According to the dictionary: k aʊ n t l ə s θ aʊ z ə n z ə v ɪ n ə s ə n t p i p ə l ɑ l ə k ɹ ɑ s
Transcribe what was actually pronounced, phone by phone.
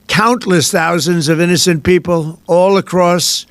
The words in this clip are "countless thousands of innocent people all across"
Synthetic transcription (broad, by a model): k aʊ n t l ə s θ aʊ z ə n z ə v ɪ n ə s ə n p i p ə l ɑ l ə k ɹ ɑ s